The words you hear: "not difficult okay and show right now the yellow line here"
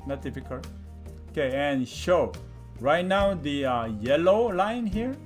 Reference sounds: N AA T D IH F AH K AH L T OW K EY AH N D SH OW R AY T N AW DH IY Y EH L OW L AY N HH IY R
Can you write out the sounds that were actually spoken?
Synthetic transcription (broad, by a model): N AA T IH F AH K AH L OW K EY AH N SH OW R AY T N AW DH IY Y EH L OW L AY N HH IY R